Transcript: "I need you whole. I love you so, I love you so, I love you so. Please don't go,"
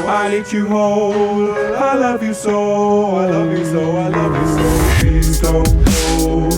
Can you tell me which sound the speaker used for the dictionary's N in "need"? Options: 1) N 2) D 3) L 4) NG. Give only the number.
3